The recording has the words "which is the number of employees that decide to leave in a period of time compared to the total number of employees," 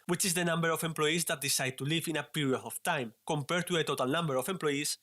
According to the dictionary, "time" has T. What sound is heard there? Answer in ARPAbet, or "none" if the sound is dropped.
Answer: T